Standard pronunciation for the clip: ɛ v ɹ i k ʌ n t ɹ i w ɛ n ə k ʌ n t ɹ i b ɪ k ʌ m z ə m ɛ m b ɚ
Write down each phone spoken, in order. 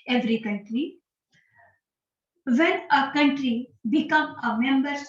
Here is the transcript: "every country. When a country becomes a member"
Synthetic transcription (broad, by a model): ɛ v ɹ i k ʌ n t ɹ i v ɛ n ə k ʌ n t ɹ i b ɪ k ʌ m ə m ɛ m b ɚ